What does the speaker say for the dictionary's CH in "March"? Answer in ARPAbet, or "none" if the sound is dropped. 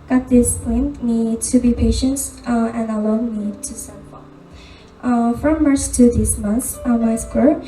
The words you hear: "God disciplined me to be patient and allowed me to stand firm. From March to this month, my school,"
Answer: S